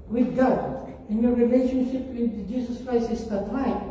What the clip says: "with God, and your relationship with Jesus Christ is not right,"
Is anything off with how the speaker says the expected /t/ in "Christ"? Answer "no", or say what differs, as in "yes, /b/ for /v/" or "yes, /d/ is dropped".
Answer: yes, /t/ is dropped